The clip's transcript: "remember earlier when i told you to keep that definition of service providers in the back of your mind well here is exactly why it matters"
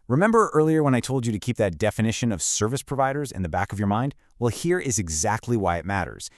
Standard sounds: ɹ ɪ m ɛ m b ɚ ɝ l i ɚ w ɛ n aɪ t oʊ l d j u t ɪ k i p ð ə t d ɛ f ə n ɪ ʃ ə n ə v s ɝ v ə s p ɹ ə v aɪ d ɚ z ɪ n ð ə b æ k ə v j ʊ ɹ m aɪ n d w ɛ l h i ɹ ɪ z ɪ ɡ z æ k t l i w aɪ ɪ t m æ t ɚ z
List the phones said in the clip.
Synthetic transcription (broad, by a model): ɹ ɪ m ɛ m b ɚ ɝ l i ɚ w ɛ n aɪ t oʊ l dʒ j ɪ t ɪ k i p ð ə t d ɛ f ə n ɪ ʃ ə n ə v s ɝ v ə s p ɹ ə v aɪ d ɚ z ɪ n ð ə b æ k ə v j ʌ ɹ m aɪ n d w ɛ l h i ɹ ɪ z ɪ ɡ z æ k t l i w aɪ ɪ t m æ t ɚ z